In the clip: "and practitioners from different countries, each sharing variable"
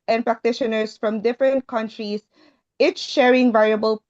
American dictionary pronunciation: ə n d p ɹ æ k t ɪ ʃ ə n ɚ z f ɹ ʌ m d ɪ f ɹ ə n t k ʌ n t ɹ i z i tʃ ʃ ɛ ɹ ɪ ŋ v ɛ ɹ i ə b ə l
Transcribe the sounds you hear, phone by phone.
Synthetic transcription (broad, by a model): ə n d p ɹ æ k t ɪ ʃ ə n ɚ s f ɹ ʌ m d ɪ f ɹ ə n t k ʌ n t ɹ i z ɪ s ʃ ɛ ɹ ɪ ŋ v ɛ ɹ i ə b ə l